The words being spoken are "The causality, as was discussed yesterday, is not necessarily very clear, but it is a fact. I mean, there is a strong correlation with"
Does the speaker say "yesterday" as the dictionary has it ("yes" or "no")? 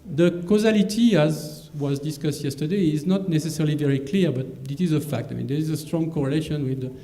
yes